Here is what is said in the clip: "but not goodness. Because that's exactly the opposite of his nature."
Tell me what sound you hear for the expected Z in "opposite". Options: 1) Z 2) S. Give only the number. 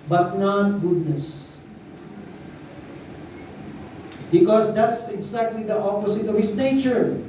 2